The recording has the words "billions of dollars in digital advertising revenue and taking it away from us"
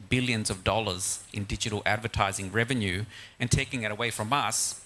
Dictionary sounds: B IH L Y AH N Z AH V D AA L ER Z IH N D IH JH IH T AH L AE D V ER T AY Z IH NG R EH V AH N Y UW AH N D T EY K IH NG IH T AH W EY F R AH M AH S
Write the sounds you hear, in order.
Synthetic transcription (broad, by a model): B IH L Y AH N Z AH V D AA L ER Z IH N D IH JH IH T L AE D V ER T AY Z IH NG R EH V AH N Y UW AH N T EY K IH NG IH T AH W EY F R AH M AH S